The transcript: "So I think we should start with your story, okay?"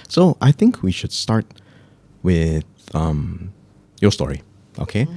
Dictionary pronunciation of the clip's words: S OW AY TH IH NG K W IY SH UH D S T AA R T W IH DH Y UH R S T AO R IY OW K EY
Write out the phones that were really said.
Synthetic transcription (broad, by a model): S OW AY TH IH NG K W IY SH UH D S T AA R T W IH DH Y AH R S T AO R IY OW K EY